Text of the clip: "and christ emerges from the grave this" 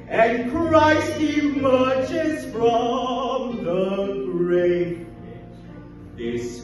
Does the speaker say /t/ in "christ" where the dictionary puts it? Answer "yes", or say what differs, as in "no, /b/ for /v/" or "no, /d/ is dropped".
no, /t/ is dropped